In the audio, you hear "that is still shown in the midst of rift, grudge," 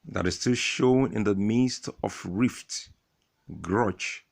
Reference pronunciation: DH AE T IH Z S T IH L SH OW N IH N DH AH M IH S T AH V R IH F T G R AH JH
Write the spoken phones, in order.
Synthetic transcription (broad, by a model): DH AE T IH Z S T IH L SH OW N IH N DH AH M IH S T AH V R IH F T G R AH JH